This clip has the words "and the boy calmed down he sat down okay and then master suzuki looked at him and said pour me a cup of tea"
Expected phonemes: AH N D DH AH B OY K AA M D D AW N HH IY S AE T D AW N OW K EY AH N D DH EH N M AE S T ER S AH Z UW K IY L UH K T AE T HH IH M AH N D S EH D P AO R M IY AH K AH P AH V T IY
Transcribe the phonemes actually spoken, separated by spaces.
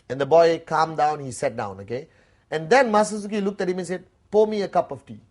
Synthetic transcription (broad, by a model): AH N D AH B OY K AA M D D AW N HH IY S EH T D AW N OW K EY AH N D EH N M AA S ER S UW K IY L UH K T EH T HH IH M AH N S EH D P AO M IY AH K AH P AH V T IY